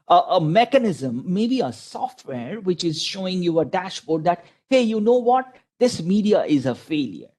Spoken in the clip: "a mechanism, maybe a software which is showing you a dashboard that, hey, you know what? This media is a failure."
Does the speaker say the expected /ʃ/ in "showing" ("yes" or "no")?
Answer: yes